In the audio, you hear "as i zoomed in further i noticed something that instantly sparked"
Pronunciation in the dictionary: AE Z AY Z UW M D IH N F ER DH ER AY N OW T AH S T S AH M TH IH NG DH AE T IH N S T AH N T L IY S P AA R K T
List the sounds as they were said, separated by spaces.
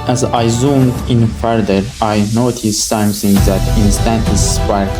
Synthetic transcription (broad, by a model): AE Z AY Z UW M D IH N F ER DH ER AY N OW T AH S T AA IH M S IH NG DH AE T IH N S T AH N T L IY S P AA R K